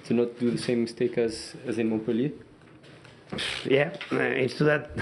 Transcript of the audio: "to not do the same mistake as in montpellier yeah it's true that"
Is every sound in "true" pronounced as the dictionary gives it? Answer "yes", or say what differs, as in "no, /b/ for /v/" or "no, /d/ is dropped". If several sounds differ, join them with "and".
no, /ɹ/ is dropped